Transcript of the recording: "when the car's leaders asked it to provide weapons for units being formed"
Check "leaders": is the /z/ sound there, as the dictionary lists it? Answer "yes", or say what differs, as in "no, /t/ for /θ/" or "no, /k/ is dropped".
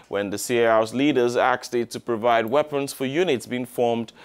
yes